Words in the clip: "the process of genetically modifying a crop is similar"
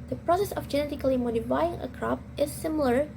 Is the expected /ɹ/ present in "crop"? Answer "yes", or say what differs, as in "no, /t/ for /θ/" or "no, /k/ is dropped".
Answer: yes